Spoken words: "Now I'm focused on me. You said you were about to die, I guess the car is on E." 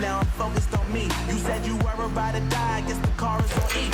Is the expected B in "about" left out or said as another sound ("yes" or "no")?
yes